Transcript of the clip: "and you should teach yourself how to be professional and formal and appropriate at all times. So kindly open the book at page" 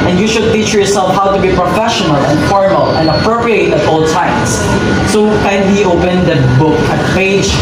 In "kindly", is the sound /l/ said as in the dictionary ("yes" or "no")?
no